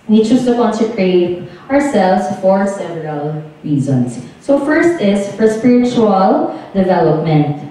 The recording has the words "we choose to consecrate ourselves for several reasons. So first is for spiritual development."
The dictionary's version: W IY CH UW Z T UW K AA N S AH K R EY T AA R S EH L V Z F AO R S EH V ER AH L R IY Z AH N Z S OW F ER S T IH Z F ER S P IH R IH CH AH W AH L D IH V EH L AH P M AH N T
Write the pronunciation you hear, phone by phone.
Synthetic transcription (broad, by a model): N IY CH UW S T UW K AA N S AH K R EY T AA R S EH L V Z F AO R S EH V ER AH L R IY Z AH N S OW F ER S T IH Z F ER S P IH R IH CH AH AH L D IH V EH L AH P M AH N T